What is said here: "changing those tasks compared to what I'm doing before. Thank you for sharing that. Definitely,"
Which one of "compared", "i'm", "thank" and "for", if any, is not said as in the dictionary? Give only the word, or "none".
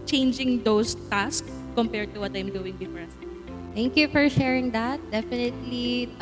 thank